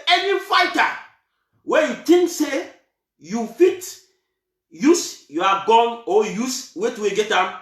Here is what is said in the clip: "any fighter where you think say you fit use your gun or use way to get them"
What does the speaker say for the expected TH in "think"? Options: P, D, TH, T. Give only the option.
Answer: T